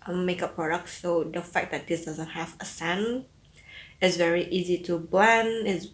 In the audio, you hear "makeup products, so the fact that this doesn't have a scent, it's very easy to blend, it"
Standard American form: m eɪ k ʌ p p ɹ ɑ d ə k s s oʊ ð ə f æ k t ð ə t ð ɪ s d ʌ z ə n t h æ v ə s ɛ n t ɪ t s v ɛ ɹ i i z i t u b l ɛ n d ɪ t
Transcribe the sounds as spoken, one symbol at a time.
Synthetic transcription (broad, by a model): m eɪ k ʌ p p ɹ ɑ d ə k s s oʊ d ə f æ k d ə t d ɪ s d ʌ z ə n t h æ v ə s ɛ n ɪ t s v ɛ ɹ i i z i t u b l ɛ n ɪ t